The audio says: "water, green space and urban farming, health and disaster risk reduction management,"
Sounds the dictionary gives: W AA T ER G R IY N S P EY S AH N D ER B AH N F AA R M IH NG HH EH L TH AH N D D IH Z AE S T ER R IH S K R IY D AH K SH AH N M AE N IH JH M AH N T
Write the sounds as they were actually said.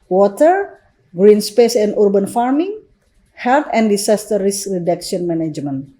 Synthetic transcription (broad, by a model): W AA T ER G R IY N S P EY S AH N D B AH N F AA R M IH NG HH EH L T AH N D D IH S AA S T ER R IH S K R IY D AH K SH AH N M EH N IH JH M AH N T